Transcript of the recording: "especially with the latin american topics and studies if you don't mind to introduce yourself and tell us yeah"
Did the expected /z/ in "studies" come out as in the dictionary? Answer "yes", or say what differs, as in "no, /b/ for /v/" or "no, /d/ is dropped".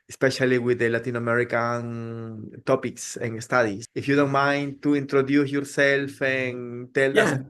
no, /s/ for /z/